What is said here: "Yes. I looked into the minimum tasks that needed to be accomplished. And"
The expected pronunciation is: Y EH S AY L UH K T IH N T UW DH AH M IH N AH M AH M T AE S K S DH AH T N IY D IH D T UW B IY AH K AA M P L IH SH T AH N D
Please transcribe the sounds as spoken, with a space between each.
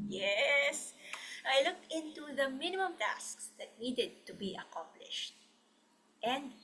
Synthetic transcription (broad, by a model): Y EH S AY L UH K T IH N T UW DH AH M IH N AH M AH M T AE S K S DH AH T N IY D IH D T UW B IY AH K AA M P L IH SH T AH N D